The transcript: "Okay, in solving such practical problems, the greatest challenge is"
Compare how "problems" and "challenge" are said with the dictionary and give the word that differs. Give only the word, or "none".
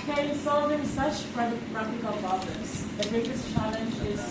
problems